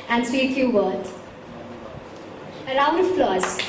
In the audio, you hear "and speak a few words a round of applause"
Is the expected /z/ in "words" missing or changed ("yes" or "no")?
yes